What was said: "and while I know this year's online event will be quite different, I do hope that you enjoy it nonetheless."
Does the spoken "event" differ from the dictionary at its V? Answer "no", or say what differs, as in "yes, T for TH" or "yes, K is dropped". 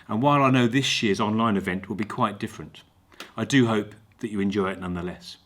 no